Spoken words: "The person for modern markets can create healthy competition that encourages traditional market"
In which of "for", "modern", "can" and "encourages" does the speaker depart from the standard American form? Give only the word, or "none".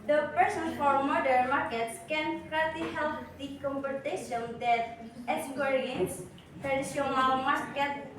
encourages